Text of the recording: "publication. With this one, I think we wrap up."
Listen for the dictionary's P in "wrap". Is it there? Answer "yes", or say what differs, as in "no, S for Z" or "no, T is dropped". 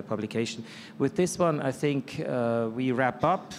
yes